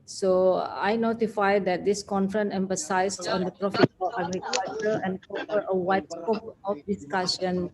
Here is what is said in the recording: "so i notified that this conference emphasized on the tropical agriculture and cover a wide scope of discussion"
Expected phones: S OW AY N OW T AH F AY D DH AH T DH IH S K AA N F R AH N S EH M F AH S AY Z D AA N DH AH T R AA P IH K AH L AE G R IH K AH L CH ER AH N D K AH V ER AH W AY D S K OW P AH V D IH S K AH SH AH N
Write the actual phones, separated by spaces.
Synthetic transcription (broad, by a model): S OW AY N OW T AH F AY D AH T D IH S K AA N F R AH N EH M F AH S AY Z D AA N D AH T R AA F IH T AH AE G R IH K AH L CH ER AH N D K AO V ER AH W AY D S K OW P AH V D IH S K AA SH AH N